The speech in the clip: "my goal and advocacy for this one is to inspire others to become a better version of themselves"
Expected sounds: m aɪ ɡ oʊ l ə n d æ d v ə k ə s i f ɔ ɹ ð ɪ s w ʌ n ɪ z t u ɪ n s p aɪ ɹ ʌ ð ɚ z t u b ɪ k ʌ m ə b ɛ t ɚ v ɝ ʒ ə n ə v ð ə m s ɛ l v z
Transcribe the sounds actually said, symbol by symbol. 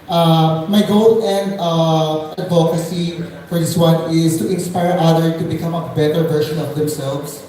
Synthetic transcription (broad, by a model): m aɪ ɡ oʊ l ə n d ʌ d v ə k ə s i f ɔ ɹ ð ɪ s w ʌ n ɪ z t u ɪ n s p aɪ ɹ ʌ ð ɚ t u b ɪ k ʌ m ə b ɛ t ɚ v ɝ ʃ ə n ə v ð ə m s ɛ l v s